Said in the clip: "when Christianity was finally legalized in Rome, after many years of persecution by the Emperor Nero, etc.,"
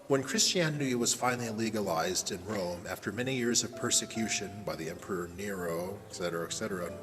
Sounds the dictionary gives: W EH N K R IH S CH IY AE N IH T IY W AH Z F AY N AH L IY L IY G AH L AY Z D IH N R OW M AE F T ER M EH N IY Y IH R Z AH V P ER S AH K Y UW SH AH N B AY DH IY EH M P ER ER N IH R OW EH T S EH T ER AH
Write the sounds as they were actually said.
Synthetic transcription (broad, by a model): W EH N K R IH S CH IY AE N IH T IY W AH Z F AY N L IY L IY G AH L AY Z D IH N R OW M AE F T ER M EH N IY Y IH R Z AH V P ER S AH K Y UW SH AH N B AY DH IY EH M P ER ER N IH R OW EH T S EH T ER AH